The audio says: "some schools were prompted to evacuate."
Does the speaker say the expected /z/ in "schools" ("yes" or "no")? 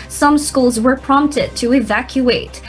yes